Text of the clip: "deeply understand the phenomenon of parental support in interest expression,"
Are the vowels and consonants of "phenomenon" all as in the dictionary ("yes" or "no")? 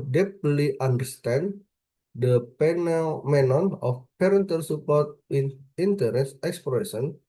no